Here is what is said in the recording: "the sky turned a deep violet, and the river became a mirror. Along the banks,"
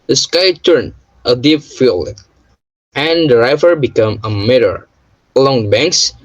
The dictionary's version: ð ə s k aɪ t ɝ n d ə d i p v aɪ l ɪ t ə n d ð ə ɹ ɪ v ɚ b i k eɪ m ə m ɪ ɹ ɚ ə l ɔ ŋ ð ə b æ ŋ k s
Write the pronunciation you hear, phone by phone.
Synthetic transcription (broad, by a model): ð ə s k aɪ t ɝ n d ə d i p f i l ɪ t ə n d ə ɹ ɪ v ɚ b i k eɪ m ə m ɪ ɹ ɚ ə l ɔ ŋ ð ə b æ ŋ k s